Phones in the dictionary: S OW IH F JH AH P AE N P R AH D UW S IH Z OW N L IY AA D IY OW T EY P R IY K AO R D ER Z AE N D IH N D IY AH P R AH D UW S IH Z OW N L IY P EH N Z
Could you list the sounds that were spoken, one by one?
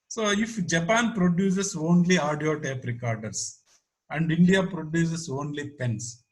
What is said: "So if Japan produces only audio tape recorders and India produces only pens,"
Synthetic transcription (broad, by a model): S OW IH F JH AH P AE N P R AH D UW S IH S OW N L IY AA D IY OW T EY P R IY K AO R D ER S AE N D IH N D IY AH P R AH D UW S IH S OW N L IY P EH N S